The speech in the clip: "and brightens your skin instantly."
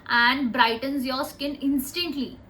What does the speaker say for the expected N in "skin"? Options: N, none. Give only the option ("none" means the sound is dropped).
N